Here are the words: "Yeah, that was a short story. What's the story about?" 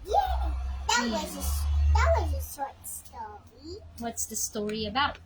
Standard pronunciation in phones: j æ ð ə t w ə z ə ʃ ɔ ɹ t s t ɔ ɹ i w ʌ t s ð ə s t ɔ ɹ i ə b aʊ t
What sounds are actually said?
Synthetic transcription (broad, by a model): j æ ð ə t w ə z ə s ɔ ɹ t s t ɔ ɹ i w ʌ t s ð ə s t ɔ ɹ i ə b aʊ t